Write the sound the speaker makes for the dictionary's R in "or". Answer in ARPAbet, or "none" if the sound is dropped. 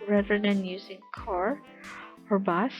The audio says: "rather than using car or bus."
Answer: R